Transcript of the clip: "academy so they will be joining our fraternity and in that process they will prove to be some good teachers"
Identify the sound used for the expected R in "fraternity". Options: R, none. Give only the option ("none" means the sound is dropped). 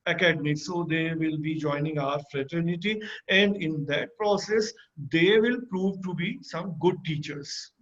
R